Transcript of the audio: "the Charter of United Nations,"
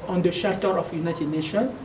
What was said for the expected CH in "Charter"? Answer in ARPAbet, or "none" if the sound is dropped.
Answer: SH